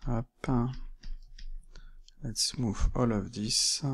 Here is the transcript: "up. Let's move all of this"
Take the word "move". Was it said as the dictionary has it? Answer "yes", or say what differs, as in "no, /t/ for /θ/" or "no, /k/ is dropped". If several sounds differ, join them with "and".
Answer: no, /f/ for /v/